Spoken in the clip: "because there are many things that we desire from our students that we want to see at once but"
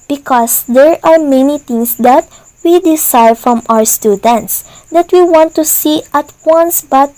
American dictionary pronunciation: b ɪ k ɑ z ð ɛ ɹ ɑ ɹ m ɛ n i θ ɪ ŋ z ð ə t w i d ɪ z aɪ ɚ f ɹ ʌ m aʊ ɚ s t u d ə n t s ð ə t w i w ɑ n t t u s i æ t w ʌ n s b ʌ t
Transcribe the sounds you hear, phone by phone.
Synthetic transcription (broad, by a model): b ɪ k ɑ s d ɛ ɹ ɑ ɹ m ɛ n i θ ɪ ŋ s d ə t w i d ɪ s aɪ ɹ f ɹ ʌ m aʊ ɚ s t u d ə n t s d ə t w i w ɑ n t t u s i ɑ t w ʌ n s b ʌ t